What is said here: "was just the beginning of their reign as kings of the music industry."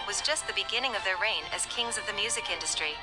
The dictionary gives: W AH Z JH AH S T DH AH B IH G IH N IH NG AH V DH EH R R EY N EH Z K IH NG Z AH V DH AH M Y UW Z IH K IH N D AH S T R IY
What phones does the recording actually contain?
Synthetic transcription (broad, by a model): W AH Z JH AH S T DH AH B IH G IH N IH NG AH V DH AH R R EY N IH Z K IH NG Z AH V DH AH M Y UW Z IH K IH N D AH S T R IY